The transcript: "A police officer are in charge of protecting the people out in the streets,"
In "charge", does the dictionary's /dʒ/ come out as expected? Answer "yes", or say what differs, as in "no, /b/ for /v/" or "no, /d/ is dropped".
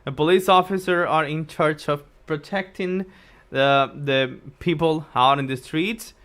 no, /tʃ/ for /dʒ/